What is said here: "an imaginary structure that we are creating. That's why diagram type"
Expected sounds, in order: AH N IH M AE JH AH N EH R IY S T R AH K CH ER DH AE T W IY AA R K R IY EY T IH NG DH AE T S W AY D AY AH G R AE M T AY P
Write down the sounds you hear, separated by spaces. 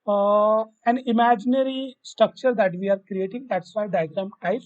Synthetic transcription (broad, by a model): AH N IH M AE JH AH N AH R IY S T R AH K CH ER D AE T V IY AA R K R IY EY T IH NG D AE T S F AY D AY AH G R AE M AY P